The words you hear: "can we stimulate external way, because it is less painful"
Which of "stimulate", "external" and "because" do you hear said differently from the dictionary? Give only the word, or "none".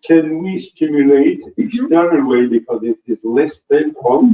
external